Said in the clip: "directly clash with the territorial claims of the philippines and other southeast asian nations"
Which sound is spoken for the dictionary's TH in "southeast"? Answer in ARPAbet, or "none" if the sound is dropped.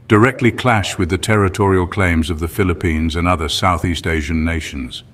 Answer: TH